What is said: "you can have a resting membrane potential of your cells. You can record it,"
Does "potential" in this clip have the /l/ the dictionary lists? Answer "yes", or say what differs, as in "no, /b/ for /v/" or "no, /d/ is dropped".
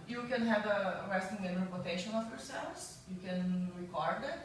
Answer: no, /n/ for /l/